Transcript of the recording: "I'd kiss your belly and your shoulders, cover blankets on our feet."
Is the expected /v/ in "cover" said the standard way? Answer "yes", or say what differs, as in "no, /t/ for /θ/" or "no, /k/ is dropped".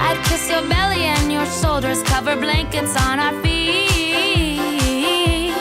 yes